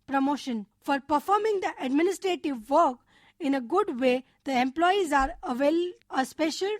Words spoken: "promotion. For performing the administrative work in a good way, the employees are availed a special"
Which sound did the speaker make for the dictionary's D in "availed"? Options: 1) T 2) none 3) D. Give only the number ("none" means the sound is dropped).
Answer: 2